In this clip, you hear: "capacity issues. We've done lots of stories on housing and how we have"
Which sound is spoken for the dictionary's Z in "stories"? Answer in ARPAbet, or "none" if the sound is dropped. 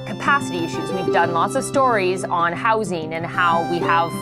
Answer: Z